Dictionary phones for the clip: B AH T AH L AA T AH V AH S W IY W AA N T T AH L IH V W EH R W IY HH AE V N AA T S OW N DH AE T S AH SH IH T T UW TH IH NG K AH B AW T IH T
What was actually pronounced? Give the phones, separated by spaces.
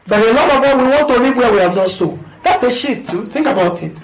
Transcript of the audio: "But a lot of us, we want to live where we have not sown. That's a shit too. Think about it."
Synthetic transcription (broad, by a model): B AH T AH L AA T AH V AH W IY W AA N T T AH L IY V W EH W IY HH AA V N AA S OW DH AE T S AH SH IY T T UW TH IH NG K AH B AW T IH T